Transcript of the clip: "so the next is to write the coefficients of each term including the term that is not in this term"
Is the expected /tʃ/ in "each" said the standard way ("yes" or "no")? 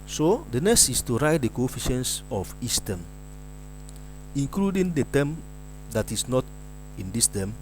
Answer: no